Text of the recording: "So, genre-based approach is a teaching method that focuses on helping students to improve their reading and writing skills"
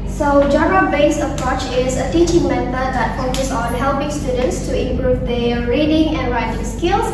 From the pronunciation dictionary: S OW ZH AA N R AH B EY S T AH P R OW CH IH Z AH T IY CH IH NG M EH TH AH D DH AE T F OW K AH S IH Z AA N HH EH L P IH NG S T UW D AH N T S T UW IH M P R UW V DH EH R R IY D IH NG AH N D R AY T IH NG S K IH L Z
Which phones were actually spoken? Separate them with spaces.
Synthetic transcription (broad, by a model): S OW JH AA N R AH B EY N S AH P R OW CH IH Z AH T IY CH IH NG M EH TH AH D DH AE T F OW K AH S AA N HH EH L P IH NG S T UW D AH N T S T UW IH M P R UW V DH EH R R IY D IH NG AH N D R AY T IH NG S K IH L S